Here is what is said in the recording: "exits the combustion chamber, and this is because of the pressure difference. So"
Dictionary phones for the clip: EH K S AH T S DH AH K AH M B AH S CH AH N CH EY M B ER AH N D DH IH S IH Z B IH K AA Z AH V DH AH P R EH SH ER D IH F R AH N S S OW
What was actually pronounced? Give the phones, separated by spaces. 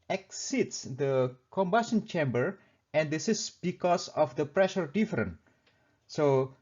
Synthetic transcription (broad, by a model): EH K S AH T S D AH K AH M B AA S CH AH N CH EY M B ER AH N D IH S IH S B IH K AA S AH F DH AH P R EH SH ER D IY F R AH N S S OW